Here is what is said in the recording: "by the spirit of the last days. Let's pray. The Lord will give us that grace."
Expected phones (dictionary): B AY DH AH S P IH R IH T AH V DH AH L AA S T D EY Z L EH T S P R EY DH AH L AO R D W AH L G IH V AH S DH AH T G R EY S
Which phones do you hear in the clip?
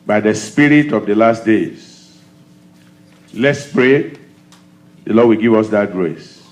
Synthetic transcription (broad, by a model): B AY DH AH S P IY R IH T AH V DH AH L AA S T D EY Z L EH T S P R EY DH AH L AO D W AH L G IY V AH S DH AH T G R EY S